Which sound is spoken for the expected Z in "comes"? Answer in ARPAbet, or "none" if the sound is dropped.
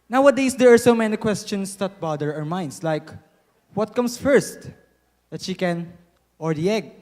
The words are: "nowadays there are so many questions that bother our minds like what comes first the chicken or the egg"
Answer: S